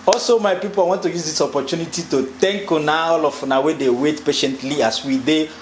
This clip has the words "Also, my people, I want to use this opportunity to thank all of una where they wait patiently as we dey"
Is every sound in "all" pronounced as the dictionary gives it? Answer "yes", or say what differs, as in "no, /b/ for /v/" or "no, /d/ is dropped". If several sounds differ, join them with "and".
no, /n/ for /l/